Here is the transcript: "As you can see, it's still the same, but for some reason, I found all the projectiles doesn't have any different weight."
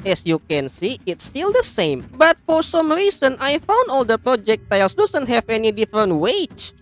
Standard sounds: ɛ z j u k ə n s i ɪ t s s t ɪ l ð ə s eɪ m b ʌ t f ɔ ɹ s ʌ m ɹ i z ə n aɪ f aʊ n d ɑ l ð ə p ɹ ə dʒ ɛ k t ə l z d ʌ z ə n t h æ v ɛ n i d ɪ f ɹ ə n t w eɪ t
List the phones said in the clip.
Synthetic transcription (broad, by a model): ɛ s j u k ə n s i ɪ t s s t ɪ l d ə s eɪ m b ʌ t f ɔ ɹ s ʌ m ɹ i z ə n aɪ f aʊ n d ɑ l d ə p ɹ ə dʒ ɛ k t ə l s d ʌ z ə n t h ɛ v ɛ n i d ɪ f ɹ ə n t w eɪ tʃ